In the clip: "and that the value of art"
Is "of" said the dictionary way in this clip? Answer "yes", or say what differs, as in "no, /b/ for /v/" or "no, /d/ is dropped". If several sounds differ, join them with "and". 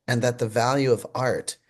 yes